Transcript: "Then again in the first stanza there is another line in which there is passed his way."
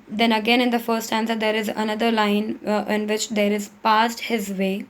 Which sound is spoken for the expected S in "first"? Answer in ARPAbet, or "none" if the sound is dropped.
none